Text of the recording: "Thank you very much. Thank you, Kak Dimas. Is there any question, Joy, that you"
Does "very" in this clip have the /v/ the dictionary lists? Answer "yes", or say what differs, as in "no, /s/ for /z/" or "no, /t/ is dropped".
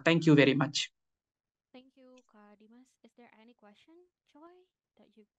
yes